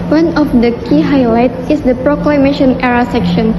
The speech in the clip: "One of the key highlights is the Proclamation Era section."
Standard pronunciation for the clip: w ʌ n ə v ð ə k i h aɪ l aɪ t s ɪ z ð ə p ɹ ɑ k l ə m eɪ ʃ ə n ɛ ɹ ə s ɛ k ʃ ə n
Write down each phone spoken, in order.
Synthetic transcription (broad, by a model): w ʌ n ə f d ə k i h aɪ l aɪ t ɪ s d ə p ɹ ɑ k l ə m eɪ ʃ ə n ɛ ɹ ə s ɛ k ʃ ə n